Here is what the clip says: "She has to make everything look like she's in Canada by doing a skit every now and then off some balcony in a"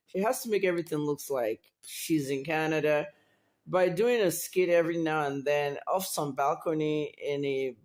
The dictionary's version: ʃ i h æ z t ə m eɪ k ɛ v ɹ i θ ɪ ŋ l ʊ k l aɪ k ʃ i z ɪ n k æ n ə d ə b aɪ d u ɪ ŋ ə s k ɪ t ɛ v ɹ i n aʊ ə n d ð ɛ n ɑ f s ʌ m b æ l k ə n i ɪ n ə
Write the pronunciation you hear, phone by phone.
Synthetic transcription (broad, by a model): ʃ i h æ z t ə m eɪ k ɛ v ɹ i θ ɪ ŋ l ʊ k l aɪ k ʃ i z ɪ n k æ n ə d ə b aɪ d u ɪ ŋ ə s k ɪ t ɛ v ɹ i n aʊ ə n ð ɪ n ɑ f s ʌ m b æ l k ə n i ɪ n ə